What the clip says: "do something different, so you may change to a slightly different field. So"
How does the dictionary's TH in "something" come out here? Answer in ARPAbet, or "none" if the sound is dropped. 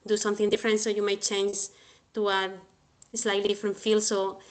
TH